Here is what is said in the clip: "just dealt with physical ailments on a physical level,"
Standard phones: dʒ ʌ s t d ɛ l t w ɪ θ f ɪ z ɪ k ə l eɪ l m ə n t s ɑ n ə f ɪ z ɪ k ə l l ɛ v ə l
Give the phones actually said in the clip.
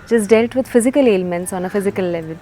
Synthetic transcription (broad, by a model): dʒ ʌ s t d ɛ l t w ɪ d f ɪ z ɪ k ə l eɪ l m ə n t s ɑ n ə f ɪ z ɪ k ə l l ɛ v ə l